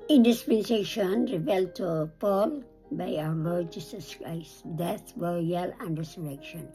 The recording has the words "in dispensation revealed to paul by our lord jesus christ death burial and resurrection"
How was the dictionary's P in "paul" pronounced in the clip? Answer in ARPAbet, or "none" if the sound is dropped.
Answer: P